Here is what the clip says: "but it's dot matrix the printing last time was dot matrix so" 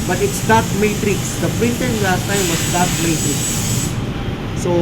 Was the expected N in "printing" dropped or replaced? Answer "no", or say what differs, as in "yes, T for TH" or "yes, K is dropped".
yes, N is dropped